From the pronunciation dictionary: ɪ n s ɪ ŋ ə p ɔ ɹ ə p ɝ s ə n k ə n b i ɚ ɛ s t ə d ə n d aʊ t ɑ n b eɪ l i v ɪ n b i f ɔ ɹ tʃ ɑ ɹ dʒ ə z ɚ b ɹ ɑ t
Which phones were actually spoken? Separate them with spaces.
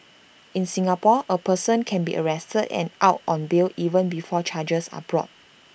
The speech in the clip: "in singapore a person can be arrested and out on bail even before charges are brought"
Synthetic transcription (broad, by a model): ɪ n s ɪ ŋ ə p ɔ ə p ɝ s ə n k ə n b i ɚ ɛ s t ə d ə n aʊ t ɑ n b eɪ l i v ɪ n b i f ɔ tʃ ɑ dʒ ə s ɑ b ɹ ɑ t